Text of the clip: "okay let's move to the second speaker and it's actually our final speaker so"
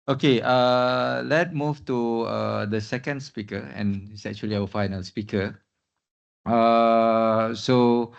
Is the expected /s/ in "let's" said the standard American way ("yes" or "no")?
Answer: no